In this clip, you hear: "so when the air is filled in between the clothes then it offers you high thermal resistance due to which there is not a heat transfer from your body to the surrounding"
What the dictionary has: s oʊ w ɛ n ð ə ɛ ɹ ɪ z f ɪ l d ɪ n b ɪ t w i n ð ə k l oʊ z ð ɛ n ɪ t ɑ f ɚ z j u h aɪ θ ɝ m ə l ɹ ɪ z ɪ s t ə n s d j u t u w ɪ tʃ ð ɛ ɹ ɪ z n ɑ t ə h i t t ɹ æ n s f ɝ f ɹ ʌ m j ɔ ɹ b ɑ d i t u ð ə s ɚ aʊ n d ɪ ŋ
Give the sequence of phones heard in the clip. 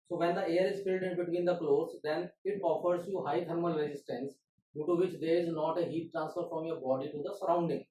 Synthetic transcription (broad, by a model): s oʊ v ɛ n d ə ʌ ɹ ɪ z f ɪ l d ɪ n b ɪ t w i n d ə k l oʊ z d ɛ n ɪ t ɑ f ɚ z j u h aɪ t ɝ m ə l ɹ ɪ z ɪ s t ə n s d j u t u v ɪ tʃ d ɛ ɹ ɪ z n ɑ t ə h i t t ɹ æ n s f ɝ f ɹ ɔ m j ɔ ɹ b ɑ d i t u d ə s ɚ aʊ n d ɪ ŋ